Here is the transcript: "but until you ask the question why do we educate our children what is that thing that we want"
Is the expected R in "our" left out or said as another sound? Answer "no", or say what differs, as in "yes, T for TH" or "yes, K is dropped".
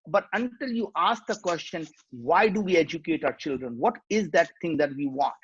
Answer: no